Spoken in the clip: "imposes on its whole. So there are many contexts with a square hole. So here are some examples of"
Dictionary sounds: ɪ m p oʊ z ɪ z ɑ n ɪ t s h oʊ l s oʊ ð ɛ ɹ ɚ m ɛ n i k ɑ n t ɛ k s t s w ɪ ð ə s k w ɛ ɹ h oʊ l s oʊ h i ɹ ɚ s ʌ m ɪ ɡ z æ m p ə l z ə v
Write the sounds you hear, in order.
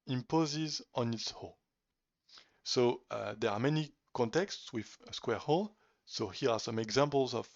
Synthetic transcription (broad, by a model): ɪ m p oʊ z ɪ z ɑ n ɪ t s h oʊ s oʊ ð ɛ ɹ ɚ m ɛ n i k ɑ n t ɛ k s t s w ɪ ð ə s k w ɛ ɹ h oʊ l s oʊ h i ɹ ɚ s ʌ m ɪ ɡ z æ m p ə l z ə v